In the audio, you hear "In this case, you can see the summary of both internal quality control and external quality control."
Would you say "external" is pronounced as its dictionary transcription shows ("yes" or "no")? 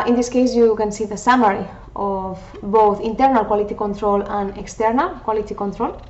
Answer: yes